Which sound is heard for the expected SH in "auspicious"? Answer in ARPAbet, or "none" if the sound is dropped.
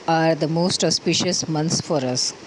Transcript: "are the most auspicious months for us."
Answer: SH